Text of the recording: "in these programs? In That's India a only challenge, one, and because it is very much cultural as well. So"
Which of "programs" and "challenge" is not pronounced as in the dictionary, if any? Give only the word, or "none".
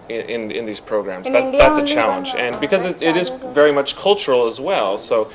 none